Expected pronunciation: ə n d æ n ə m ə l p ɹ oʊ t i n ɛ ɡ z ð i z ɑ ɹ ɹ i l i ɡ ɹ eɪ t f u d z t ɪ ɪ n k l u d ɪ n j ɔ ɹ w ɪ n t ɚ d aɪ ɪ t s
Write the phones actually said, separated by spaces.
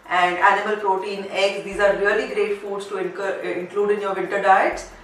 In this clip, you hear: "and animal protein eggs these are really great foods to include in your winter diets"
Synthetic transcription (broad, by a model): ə n d æ n ə m ə l p ɹ oʊ t i n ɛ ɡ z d i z ɑ ɹ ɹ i l i ɡ ɹ eɪ t f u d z t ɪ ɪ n k l u d ɪ n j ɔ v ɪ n t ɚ d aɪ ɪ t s